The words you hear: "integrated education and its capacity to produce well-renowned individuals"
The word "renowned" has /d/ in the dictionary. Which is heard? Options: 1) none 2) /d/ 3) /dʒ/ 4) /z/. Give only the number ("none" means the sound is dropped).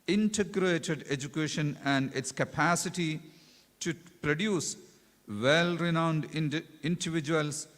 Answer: 2